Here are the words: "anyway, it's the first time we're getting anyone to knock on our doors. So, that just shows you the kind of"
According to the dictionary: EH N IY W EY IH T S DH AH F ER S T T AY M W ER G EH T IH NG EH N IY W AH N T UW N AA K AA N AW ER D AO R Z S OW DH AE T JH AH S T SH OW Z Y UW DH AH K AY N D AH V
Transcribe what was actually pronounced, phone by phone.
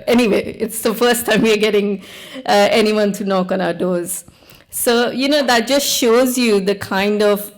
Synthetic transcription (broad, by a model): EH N IY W EY IH T S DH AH F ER S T T AY M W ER G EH T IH NG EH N IY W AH N T UW N AA K AA N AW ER D AO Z S OW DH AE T JH AH S T SH OW Z Y UW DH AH K AY N D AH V